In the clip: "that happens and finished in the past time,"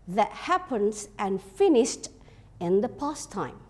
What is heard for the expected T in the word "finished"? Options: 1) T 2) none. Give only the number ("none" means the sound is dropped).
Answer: 1